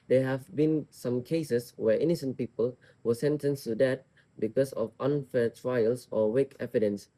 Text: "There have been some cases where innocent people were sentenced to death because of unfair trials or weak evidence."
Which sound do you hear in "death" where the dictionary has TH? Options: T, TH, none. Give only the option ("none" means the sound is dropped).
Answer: T